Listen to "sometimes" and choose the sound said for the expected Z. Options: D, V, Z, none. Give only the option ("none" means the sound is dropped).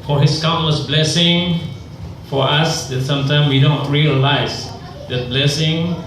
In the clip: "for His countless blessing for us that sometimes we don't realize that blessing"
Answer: none